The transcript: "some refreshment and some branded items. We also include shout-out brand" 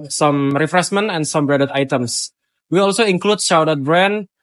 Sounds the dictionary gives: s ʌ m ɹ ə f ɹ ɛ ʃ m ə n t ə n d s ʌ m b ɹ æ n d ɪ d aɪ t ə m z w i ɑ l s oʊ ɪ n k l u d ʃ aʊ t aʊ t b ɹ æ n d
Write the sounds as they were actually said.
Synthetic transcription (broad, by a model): s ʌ m ɹ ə f ɹ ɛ s m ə n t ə n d s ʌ m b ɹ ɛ d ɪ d aɪ t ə m s w i ɑ l s oʊ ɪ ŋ k l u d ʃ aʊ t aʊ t b ɹ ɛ n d